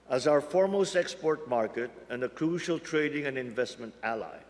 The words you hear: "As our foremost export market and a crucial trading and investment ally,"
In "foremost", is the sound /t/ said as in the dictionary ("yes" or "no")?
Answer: yes